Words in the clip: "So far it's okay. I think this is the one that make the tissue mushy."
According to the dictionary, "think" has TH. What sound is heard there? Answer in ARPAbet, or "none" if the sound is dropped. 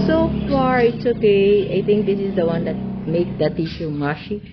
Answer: T